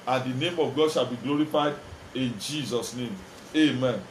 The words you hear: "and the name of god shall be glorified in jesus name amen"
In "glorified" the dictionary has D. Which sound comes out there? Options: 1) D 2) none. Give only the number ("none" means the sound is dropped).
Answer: 1